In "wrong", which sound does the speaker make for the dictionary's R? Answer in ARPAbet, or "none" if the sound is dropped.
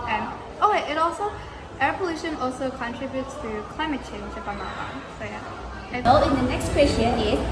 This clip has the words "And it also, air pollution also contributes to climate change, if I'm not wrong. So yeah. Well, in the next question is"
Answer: L